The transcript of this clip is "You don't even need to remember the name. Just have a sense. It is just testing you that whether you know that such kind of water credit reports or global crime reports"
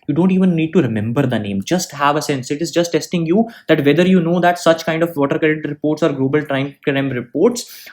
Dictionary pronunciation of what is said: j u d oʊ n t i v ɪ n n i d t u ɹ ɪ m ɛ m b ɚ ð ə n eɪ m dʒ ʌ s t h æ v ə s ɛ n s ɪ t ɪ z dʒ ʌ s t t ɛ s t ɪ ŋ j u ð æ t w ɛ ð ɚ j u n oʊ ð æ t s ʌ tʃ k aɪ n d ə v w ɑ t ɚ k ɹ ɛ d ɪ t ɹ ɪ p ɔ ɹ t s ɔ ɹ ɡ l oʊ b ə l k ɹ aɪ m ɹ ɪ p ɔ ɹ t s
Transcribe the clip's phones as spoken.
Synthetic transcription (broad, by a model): j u d oʊ n t i v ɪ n n i d t u ɹ ɪ m ɛ m b ɚ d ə n eɪ m dʒ ʌ s t h æ v ə s ɛ n s ɪ t ɪ z dʒ ʌ s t t ɛ s t ɪ ŋ j u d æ t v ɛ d ɚ j u n oʊ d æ t s ʌ tʃ k aɪ n d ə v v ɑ t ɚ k ɛ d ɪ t ɹ ɪ p ɔ ɹ t s ɔ ɹ ɡ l oʊ b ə l k ɹ aɪ m ɹ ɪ p ɔ ɹ t s